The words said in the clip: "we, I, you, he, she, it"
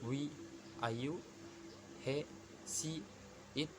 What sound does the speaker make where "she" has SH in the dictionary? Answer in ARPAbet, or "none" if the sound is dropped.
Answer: S